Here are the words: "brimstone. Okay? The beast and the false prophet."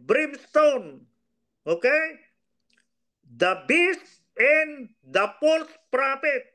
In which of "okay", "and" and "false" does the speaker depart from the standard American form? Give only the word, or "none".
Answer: false